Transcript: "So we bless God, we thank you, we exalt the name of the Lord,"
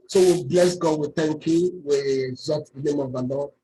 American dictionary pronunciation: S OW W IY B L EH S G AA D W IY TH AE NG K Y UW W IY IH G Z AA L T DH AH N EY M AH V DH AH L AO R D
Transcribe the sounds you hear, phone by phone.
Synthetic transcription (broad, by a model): S OW W IY B L EH S G AA D W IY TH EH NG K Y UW W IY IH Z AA T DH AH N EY M AH V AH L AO